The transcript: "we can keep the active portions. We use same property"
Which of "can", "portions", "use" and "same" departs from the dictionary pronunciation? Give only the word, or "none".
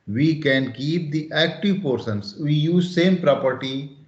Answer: portions